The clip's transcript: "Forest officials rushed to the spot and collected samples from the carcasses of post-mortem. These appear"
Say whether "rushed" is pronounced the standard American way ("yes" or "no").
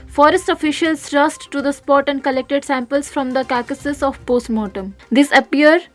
no